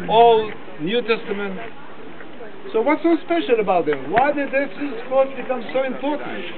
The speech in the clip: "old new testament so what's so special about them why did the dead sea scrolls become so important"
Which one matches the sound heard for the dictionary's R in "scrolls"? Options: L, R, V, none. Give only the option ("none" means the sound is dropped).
none